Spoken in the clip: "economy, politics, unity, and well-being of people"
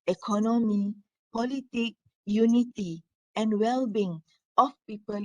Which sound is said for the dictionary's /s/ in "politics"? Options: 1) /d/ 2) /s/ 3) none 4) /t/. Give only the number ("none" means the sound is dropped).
3